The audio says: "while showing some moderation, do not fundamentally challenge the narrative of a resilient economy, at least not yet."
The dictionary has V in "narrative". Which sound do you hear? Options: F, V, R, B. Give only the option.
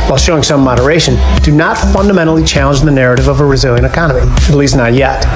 V